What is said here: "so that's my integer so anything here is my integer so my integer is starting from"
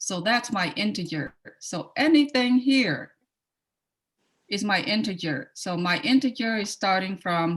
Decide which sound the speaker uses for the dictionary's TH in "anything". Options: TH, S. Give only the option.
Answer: TH